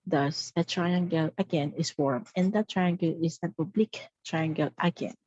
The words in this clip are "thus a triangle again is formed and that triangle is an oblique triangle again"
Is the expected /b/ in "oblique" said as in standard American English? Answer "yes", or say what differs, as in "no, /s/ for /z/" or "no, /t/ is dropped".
yes